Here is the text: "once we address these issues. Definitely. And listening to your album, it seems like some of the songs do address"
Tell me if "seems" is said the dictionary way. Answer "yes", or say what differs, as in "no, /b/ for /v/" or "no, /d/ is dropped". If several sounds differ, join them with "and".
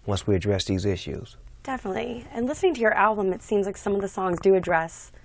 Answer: yes